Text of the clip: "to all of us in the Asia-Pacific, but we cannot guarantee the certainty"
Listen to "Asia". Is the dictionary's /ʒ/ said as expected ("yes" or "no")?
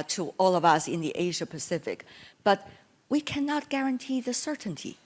yes